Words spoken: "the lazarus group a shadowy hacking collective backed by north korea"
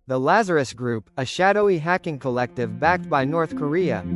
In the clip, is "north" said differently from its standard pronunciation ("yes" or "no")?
no